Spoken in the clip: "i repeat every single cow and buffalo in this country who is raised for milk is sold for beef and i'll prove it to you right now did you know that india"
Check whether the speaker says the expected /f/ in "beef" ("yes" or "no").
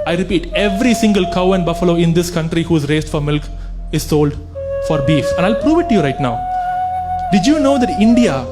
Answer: yes